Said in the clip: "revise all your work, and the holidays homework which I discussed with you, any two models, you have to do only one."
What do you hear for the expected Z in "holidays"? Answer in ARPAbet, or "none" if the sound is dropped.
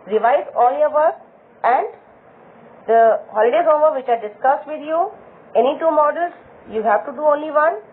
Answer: none